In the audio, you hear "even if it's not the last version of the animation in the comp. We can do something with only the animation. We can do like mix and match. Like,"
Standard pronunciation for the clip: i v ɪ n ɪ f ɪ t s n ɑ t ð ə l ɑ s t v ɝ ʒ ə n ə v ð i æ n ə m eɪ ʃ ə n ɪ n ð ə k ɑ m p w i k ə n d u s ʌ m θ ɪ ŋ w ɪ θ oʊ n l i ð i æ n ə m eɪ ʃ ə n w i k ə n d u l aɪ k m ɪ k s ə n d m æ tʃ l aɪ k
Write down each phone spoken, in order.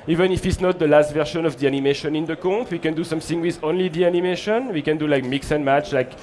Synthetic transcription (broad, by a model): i v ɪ n ɪ f ɪ t s n ɑ t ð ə l ɑ s t v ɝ ʃ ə n ə v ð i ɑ n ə m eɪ ʃ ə n ɪ n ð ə k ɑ p w i k ə n d u s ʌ m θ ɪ ŋ w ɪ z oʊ n l i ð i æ n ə m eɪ ʃ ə n w i k ə n d u l aɪ k m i k s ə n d m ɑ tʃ l aɪ k